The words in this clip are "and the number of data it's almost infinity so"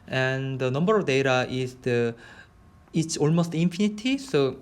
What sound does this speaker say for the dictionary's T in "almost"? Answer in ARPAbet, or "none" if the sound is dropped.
T